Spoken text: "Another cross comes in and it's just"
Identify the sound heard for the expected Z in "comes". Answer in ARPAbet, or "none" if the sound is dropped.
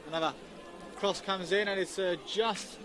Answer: Z